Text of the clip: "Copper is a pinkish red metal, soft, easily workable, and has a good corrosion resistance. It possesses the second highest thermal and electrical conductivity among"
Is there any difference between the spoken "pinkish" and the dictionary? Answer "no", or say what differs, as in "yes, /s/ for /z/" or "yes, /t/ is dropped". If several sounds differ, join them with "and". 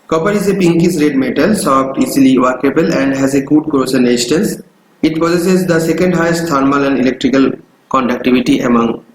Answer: yes, /s/ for /ʃ/